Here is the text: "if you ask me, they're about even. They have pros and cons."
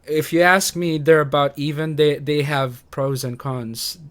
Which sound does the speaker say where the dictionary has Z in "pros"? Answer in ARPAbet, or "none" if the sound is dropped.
Z